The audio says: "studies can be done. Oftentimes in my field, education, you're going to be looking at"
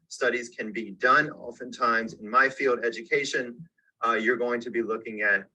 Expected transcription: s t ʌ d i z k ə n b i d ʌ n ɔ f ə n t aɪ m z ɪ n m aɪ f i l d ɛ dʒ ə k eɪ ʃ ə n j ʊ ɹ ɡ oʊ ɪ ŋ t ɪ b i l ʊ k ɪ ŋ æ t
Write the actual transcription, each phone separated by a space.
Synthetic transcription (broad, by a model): s t ʌ d i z k ə n b i d ʌ n ɔ f ə n t aɪ m z ɪ n m aɪ f i l d ɛ dʒ ə k eɪ ʃ ə n j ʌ ɹ ɡ oʊ ɪ ŋ t ɪ b i l ʊ k ɪ ŋ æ t